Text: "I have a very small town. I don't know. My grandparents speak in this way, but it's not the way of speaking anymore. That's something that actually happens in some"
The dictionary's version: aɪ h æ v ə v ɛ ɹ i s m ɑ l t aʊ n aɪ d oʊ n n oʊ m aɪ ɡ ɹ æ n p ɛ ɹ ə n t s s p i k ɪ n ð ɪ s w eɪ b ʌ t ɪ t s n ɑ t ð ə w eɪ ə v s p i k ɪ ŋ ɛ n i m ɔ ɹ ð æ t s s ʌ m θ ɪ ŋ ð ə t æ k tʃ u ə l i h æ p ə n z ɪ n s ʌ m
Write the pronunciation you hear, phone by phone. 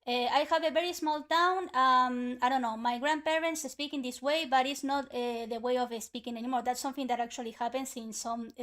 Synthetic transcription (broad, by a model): aɪ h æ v ə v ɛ ɹ i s m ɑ l t aʊ n aɪ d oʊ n n oʊ m aɪ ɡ ɹ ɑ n p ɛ ɹ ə n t s s p i k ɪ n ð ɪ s w eɪ b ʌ t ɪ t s n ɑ t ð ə w eɪ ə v s p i k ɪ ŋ ɛ n i m ɔ ɹ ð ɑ t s s ʌ m θ ɪ ŋ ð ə t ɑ k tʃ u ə l i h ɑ p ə n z ɪ n s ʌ m